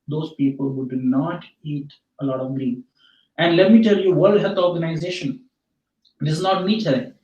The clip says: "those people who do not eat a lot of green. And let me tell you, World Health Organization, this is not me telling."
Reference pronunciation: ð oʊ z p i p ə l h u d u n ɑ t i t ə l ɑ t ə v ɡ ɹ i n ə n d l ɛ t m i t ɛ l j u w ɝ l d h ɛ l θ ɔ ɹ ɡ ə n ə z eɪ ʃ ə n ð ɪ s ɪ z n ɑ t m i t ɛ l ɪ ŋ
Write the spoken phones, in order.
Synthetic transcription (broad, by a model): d oʊ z p i p ə l h u d u n ɑ t i t ə l ɑ t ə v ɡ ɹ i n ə n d l ɛ t m i t ɛ l j u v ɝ l d h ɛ l t ɔ ɹ ɡ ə n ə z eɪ ʃ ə n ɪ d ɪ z n ɑ t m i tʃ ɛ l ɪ